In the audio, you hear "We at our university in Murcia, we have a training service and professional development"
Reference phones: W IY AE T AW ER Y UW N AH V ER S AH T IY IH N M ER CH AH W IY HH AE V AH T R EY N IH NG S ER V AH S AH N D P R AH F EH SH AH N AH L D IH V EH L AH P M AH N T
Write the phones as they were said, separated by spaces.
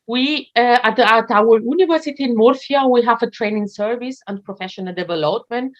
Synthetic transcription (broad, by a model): W IY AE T AW ER Y UW N AH V ER S AH T IY IH N M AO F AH W IY HH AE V AH T R EY N IH NG S ER V AH S AH N D P R AH F EH SH AH N AH L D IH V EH L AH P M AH N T